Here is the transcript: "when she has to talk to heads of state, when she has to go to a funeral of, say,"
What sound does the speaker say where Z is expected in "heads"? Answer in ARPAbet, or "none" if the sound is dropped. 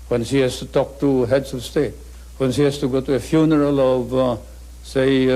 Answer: S